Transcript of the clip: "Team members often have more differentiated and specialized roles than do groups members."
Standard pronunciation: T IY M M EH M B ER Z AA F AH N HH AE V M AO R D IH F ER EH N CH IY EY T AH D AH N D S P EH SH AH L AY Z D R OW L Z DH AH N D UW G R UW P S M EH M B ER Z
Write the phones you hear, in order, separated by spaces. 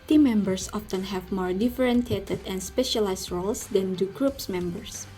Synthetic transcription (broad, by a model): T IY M M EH M B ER S AA F AH N HH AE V M AO R D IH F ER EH N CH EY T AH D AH N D S P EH SH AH L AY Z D R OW L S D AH N D UW G R UW P S M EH M B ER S